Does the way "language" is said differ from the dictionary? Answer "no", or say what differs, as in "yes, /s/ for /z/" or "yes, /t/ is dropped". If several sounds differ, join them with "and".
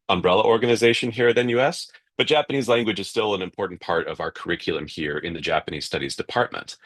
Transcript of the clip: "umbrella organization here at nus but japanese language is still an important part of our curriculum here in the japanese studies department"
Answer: no